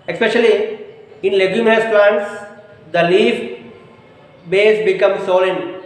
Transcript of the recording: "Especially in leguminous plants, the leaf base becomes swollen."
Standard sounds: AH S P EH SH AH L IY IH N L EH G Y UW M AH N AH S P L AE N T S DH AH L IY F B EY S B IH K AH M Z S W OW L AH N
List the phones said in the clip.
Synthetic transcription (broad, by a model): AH S P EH SH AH L IY IH N L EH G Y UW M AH AH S P L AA N T S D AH L IY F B EY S B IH K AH M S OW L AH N